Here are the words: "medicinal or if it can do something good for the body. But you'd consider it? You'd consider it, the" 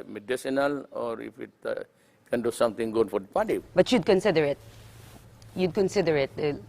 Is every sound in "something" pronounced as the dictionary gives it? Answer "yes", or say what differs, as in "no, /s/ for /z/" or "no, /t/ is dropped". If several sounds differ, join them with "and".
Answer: no, /t/ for /θ/